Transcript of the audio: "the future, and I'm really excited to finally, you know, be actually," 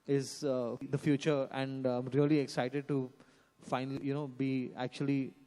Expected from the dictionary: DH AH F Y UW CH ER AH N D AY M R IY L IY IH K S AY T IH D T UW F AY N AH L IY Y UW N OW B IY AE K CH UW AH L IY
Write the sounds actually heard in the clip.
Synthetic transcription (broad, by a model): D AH F Y UW CH ER AH N D AY M R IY L IY IH K S AY T IH D T UW F AY N AH L IY Y UW N OW B IY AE K CH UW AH L IY